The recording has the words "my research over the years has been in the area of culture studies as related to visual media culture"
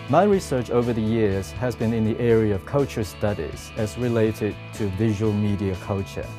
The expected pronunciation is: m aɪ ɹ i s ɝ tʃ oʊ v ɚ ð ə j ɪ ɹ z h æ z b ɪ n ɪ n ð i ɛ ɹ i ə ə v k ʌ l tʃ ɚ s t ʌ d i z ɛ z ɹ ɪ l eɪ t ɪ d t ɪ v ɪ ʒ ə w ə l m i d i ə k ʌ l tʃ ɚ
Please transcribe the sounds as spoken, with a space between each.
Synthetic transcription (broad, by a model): m aɪ ɹ i s ɝ tʃ oʊ v ɚ ð ə j ɪ ɹ z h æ z b ɪ n ɪ n ð i ɛ ɹ i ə ə v k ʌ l tʃ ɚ s t ʌ d i z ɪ z ɹ ɪ l eɪ t ɪ d t ɪ v ɪ ʒ ə w ə l m i d i ə k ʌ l tʃ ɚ